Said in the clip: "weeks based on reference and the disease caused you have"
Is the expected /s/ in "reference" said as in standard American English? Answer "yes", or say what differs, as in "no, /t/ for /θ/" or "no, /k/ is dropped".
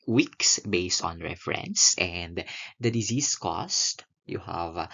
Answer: yes